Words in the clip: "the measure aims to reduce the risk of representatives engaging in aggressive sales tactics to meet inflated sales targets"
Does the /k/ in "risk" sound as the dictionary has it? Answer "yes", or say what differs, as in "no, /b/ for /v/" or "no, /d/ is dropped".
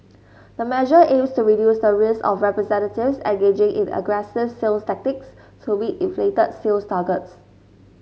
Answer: no, /k/ is dropped